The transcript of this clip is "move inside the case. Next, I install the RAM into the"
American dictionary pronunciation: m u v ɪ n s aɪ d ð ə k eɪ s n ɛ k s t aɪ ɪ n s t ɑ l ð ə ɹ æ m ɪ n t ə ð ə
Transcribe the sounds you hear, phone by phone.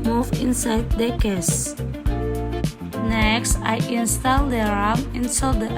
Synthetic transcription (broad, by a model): m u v ɪ n s aɪ d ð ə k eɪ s n ɛ k s t aɪ ɪ n s t ɑ l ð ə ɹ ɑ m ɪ n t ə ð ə